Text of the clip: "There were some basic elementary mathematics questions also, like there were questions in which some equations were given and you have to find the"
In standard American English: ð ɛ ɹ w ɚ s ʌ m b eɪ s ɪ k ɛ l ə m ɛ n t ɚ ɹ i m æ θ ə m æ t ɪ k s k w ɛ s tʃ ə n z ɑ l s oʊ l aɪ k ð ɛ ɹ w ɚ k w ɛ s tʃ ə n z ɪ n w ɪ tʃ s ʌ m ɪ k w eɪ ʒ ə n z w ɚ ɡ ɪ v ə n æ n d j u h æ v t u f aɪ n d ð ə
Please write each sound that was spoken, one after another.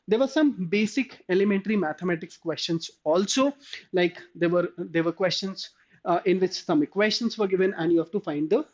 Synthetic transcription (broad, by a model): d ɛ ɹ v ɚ s ʌ m b eɪ s ɪ k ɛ l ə m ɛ n t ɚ ɹ i m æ t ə m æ t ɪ k s k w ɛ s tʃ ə n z ɑ l s oʊ l aɪ k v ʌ ɹ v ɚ k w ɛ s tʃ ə n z ɪ n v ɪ tʃ s ʌ m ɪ k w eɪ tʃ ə n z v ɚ ɡ ɪ v ə n æ n d j u h æ v t u f aɪ n d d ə